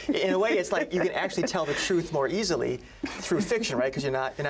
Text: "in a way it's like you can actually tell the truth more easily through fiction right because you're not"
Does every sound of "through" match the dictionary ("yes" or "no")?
yes